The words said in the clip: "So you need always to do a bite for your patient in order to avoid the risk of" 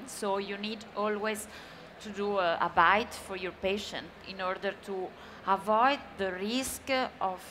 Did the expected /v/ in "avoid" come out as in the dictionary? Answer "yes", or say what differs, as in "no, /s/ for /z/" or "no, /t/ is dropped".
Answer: yes